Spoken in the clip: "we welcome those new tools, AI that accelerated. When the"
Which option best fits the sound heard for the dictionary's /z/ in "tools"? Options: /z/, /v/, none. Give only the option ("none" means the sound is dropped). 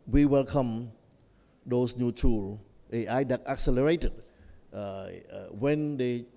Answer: none